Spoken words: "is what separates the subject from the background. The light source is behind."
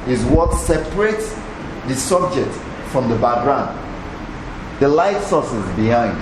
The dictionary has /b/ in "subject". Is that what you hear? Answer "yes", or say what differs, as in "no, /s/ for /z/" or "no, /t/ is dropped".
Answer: yes